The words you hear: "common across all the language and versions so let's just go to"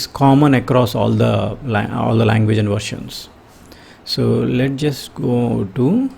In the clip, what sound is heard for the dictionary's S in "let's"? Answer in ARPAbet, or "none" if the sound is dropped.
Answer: none